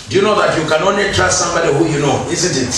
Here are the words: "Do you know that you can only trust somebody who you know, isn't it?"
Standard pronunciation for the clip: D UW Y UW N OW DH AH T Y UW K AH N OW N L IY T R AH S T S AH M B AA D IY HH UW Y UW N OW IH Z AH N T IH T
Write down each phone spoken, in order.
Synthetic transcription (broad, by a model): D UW Y UW N OW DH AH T Y UW K AH N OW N IY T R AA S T S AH M B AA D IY HH UW Y UW N OW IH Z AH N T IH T